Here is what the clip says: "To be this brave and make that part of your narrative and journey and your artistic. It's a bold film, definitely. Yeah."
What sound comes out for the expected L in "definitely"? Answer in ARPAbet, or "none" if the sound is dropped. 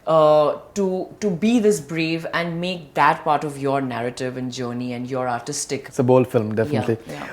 L